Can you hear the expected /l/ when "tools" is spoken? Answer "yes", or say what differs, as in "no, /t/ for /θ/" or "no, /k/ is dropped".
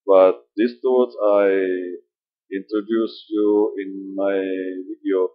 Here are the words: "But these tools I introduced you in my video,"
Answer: no, /l/ is dropped